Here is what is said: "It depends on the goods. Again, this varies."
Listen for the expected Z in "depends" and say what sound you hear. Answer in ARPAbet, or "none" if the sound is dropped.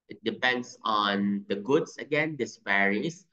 S